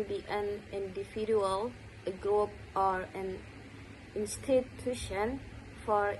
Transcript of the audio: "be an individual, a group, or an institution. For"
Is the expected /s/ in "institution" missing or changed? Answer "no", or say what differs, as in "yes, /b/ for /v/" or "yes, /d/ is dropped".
no